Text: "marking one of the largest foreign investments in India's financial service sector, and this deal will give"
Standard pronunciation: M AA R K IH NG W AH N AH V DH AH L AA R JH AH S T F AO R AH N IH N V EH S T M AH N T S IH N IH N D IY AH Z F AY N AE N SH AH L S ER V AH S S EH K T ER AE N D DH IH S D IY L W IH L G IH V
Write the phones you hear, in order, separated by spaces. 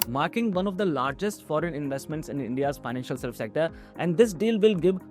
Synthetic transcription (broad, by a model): M AA R K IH NG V AH N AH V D AH L AA R JH AH S T F AO R AH N IH N V EH S T M AH N T S IH N IH N D IY AH Z F AY N AE N SH AH L S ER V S S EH K T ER AE N D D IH S D IY L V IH L G IH V